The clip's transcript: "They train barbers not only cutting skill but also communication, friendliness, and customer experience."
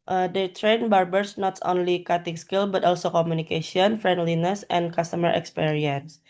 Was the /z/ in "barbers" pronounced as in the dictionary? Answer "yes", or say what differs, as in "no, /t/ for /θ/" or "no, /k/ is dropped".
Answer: no, /s/ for /z/